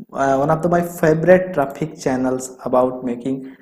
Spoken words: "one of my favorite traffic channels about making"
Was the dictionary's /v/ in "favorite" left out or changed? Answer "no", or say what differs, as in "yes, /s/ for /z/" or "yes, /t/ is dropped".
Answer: yes, /b/ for /v/